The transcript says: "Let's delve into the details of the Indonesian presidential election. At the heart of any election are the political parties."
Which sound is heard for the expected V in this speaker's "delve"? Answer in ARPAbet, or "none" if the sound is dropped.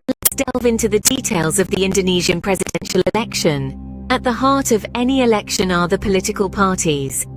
V